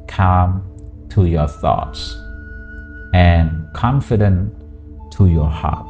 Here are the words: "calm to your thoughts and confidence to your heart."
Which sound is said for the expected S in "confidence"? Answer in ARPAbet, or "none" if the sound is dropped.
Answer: none